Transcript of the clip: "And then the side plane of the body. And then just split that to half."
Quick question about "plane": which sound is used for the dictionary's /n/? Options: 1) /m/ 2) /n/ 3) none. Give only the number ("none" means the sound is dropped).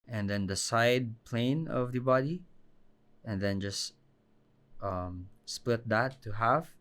2